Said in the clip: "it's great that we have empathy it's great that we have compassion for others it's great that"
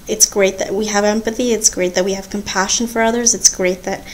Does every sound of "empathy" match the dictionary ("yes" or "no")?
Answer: yes